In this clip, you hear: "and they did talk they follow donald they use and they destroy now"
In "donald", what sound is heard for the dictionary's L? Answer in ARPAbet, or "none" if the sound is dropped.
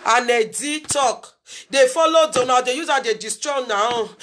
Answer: none